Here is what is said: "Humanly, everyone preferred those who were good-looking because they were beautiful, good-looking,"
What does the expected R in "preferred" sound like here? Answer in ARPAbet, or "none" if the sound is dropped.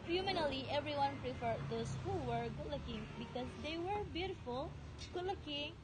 R